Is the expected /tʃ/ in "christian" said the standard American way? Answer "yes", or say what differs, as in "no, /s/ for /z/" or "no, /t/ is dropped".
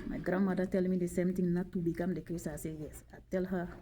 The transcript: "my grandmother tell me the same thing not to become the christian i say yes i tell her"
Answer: no, /tʃ/ is dropped